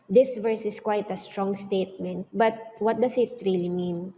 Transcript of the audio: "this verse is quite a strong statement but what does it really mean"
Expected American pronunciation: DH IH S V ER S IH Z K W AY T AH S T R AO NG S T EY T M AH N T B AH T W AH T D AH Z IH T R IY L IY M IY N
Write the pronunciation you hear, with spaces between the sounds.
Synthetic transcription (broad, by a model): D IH S V ER S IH S K W AY T AH S T R AO NG S T EY T M AH N T B AH T W AH T D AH S IH T R IY L IY M IY N